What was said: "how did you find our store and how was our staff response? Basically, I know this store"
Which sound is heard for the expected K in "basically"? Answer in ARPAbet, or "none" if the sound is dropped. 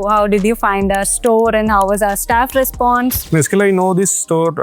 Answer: none